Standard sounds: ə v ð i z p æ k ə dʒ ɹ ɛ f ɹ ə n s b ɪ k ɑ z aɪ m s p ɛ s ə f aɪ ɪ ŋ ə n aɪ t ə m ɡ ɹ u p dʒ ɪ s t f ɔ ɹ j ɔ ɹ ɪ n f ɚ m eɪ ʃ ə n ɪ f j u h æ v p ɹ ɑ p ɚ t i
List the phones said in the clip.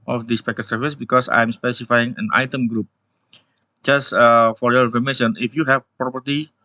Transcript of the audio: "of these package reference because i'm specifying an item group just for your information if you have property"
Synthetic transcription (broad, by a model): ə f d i s p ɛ k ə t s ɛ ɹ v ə s b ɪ k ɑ s aɪ m s p ɛ s ə f aɪ ɪ ŋ ə n aɪ t ə m ɡ ɹ u p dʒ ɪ s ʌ f ɔ ɹ j ɔ ɹ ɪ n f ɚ m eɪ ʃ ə n ɪ f j u h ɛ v p ɹ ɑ p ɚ t i